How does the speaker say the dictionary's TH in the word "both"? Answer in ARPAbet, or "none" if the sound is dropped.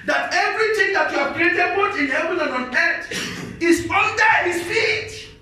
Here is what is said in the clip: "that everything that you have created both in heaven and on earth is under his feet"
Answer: T